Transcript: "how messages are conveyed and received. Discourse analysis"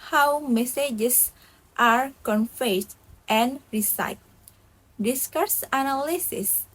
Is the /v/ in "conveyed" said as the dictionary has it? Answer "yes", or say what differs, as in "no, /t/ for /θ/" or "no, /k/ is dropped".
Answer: no, /f/ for /v/